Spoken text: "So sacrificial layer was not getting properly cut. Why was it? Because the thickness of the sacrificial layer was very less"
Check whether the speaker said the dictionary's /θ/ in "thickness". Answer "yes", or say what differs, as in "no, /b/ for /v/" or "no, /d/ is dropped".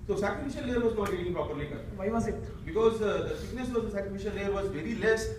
no, /s/ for /θ/